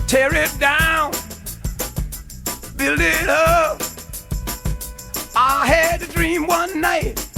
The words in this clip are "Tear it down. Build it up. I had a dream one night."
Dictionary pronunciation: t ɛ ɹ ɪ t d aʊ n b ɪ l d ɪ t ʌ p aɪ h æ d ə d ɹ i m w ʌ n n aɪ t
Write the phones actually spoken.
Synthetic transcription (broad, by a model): t ɛ ɹ ɪ t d aʊ n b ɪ l ɪ t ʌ aɪ h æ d ə d ɹ i m w ʌ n n aɪ t